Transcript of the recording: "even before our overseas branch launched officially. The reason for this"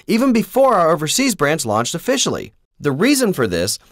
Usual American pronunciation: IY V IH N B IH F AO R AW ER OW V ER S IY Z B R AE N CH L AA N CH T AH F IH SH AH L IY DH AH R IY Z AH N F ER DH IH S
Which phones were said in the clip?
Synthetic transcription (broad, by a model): IY V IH N B IH F AO R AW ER OW V ER S IY Z B R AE N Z L AA N CH T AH F IH SH L IY DH AH R IY Z AH N F ER DH IH S